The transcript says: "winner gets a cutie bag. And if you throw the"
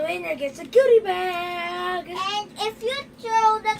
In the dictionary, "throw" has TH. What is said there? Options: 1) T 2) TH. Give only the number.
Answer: 1